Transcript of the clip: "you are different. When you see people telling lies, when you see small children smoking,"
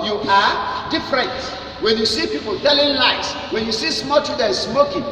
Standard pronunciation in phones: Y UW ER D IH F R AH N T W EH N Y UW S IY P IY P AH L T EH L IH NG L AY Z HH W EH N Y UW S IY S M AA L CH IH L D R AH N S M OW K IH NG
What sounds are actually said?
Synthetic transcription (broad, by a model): Y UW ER D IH F R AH N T W EH N Y UW S IY P IY P AH L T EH L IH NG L AY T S W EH N Y UW S IY S M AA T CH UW D AH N S M OW K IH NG